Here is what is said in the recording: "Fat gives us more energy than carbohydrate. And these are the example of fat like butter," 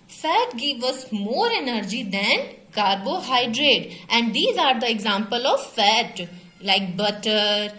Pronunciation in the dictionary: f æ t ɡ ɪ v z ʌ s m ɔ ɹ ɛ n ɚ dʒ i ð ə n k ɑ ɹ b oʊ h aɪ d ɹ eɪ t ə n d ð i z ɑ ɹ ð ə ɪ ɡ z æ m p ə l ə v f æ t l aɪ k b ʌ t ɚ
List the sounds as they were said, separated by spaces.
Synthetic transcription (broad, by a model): f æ t ɡ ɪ v ʌ s m ɔ ɹ ɛ n ɚ dʒ i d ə n k ɑ ɹ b oʊ h aɪ d ɹ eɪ t ə n d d i z ɑ ɹ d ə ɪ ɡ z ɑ m p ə l ə v f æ t l aɪ k b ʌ t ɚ